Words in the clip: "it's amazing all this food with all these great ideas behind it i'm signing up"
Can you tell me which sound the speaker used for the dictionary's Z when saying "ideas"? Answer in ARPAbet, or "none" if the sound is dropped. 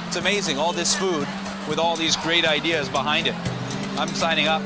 Z